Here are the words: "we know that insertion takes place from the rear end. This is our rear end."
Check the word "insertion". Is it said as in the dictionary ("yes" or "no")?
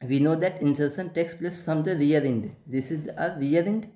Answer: no